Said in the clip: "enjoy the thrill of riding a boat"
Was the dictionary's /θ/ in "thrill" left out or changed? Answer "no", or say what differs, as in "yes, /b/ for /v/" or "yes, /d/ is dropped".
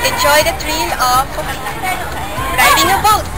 yes, /t/ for /θ/